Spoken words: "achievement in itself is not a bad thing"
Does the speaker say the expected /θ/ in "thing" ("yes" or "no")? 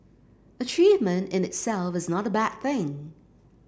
yes